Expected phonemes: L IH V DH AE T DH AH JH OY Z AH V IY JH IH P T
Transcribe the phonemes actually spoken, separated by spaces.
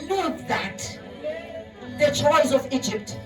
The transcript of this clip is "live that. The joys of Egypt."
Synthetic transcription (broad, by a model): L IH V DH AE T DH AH CH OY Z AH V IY JH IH P T